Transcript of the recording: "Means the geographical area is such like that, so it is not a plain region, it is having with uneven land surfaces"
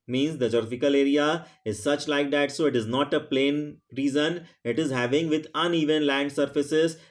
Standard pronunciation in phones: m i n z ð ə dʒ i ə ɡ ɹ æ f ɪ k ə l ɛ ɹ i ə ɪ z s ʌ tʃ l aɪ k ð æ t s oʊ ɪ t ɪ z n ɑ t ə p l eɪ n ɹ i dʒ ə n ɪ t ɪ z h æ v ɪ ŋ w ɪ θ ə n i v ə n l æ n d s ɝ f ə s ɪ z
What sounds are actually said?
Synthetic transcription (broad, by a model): m i n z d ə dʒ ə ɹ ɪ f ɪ k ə l ɛ ɹ i ə ɪ z s ʌ tʃ l aɪ k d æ t s oʊ ɪ t ɪ z n ɑ t ə p l eɪ n ɹ i z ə n ɪ t ɪ z h æ v ɪ ŋ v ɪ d ə n i v ə n l æ n d s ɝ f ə s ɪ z